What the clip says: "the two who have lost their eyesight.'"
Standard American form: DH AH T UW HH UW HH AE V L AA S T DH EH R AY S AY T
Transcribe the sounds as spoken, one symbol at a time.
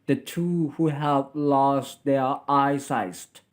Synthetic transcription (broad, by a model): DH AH T UW HH UW HH AE V L AA S T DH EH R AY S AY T